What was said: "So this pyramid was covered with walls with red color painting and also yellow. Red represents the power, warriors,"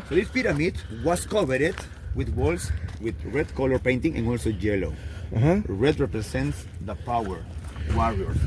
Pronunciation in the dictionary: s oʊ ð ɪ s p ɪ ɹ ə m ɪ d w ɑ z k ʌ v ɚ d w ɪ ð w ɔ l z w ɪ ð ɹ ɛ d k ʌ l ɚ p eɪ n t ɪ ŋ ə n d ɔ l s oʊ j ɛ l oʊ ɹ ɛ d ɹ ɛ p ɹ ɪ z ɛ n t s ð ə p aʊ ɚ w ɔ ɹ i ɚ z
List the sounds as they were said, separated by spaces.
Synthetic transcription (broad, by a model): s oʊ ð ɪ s p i ɹ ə m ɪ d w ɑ s k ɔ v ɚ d w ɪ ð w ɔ l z w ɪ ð ɹ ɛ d k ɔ l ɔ p eɪ n t ɪ ŋ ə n ɔ l s oʊ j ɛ l oʊ ɹ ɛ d ɹ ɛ p ɹ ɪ s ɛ n t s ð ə p aʊ ɚ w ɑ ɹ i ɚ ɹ